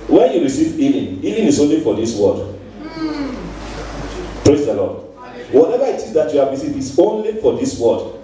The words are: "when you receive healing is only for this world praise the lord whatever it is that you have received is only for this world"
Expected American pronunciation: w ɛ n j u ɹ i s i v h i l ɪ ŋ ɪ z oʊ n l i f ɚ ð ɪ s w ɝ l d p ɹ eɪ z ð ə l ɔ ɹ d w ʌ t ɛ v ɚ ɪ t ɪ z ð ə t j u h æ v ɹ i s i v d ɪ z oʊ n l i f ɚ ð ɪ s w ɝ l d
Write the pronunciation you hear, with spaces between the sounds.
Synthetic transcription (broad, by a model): w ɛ n j u ɹ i s i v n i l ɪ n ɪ s oʊ n l i f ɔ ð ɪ s w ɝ d p ɹ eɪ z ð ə l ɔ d w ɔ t ɛ v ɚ ɪ t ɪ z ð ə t j u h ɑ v ɹ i s i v ɪ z oʊ n l i f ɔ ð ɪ s w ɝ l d